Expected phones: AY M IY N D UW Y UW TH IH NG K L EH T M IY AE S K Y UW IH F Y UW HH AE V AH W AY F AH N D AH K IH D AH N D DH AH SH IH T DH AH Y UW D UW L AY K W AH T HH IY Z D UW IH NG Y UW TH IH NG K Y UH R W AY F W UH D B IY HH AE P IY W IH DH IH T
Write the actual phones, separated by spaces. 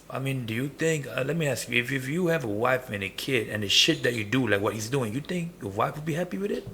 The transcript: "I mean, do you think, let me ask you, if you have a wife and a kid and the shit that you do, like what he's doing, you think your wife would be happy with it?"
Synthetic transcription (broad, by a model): AY M IY N D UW Y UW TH IH NG K L EH T M IY AE S K Y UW IH F Y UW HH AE V AH W AY F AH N AH K IH D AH N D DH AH SH IH T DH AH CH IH D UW L AY K W AH T HH IY Z D UW IH NG Y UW TH IH NG K Y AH R W AY F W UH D B IY HH AE P IY W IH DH IH T